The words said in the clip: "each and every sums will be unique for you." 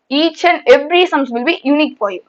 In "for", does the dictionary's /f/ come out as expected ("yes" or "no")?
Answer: no